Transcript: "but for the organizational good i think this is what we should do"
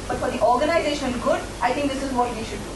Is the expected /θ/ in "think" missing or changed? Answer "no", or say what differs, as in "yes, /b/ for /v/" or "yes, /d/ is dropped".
yes, /t/ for /θ/